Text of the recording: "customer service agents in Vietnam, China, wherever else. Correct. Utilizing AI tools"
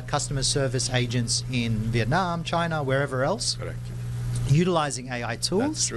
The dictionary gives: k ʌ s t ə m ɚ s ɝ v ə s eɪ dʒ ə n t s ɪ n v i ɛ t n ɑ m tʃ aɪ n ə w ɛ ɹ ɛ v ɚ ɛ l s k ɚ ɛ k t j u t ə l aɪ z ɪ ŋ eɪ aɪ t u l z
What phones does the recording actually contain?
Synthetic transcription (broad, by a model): k ʌ s t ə m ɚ s ɝ v ə s eɪ dʒ ə n t s ɪ n v i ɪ t n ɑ m tʃ aɪ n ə w ɛ ɹ ɛ v ɚ ɛ l s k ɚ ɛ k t j u t ə l aɪ z ɪ ŋ eɪ aɪ t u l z